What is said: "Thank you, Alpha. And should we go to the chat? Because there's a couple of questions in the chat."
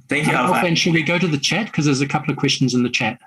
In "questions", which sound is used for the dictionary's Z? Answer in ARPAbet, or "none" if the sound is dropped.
Z